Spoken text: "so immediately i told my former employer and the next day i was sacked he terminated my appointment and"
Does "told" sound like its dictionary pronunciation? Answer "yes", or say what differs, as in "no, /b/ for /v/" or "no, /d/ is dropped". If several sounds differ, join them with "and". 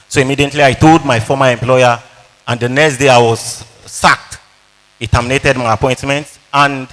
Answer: no, /l/ is dropped